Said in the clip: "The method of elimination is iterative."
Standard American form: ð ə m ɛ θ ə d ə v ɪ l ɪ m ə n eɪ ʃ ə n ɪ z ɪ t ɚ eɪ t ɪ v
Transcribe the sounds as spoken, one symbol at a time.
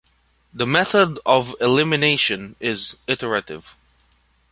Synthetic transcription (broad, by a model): ð ə m ɛ θ ə d ə v ɪ l ɪ m ə n eɪ ʃ ə n ɪ z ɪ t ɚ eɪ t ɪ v